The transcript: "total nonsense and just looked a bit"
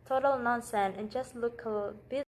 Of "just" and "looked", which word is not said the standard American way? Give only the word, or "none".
looked